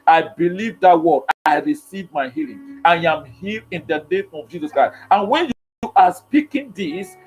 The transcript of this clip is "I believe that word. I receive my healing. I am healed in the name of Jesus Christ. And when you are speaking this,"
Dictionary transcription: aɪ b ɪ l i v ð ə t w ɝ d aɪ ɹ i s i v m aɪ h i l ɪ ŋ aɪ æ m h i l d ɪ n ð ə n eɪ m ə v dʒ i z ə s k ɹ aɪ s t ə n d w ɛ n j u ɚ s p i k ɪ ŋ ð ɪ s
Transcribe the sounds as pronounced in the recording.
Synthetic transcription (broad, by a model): aɪ b ɪ l i v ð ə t w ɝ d aɪ ɹ i s i v m aɪ h i l ɪ ŋ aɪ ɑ m h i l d ɪ n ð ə n eɪ m ə v dʒ i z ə s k ɹ aɪ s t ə n w ɛ n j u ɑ s p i k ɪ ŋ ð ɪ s